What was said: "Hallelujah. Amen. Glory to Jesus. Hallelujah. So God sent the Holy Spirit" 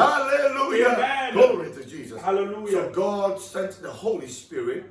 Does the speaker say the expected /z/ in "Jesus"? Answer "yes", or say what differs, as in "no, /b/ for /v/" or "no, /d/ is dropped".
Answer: yes